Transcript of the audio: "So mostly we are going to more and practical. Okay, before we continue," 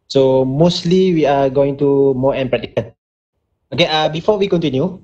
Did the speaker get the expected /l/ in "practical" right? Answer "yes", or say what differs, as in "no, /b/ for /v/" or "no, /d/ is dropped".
no, /n/ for /l/